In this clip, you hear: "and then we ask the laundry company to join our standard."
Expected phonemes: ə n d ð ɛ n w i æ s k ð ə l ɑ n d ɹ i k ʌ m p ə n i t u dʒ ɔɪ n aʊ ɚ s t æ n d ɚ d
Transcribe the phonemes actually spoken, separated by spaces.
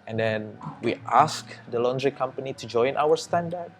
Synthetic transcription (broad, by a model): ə n d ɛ n w i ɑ s k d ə l ɑ n d ɹ i k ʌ m p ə n i t u dʒ ɔɪ n aʊ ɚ s t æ n d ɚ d